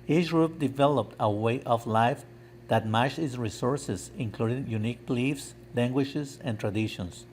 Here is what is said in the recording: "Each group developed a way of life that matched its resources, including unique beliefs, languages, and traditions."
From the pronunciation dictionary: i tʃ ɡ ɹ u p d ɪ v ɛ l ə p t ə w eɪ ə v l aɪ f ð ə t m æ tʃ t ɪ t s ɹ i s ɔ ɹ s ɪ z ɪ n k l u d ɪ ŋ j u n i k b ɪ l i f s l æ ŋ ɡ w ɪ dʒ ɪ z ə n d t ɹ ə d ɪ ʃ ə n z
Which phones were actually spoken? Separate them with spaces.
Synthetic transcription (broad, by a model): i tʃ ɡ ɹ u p d ɪ v ɛ l ə p t ə w eɪ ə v l aɪ f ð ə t m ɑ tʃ ɪ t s ɹ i s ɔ ɹ s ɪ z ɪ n k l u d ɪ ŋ j u n i k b l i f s l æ ŋ ɡ w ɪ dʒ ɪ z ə n t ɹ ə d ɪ ʃ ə n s